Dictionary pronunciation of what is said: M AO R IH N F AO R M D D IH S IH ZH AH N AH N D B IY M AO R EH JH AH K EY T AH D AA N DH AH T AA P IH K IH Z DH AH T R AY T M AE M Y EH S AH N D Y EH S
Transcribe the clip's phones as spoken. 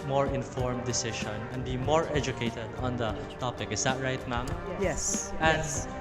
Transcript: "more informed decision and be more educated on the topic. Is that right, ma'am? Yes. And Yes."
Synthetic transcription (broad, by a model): M AO R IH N F AO R M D D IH S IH SH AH N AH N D B IY M AO R EH JH AH K EY T AH D AA N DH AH T AA P IH K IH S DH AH T R AY T M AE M Y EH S AH N D